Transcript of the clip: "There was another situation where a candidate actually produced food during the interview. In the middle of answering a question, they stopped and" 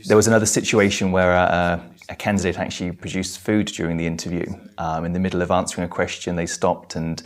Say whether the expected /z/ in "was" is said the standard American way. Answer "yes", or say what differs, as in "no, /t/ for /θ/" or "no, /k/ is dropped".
yes